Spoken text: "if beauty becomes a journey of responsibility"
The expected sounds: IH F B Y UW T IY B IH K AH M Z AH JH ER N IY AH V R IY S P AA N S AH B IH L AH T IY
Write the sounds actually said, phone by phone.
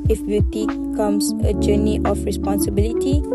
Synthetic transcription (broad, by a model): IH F B Y UW T IY K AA M S AH JH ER N IY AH F R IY S P AA N S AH B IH L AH T IY